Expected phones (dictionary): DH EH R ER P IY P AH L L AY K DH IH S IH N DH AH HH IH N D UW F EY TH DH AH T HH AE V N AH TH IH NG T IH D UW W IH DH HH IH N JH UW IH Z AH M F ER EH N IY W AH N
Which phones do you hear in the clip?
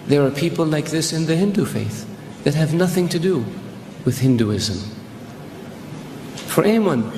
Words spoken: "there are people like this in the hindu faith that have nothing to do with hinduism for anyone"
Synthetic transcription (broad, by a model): DH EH R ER P IY P L L AY K DH IH S IH N DH AH HH IH N D UW F EY TH DH AH T HH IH V N AH TH IH NG T IH D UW W IH DH HH IH N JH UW IH Z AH M F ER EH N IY W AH N